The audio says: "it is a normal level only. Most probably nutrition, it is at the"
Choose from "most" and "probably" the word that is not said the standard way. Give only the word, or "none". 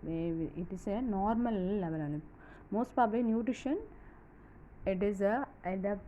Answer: probably